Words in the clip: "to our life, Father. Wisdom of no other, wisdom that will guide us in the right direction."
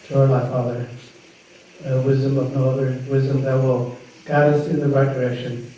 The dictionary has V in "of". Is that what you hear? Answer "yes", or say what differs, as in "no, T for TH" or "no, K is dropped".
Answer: yes